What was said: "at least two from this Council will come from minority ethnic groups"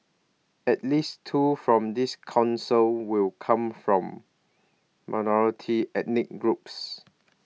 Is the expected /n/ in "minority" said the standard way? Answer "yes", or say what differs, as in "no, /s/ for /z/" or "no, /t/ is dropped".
yes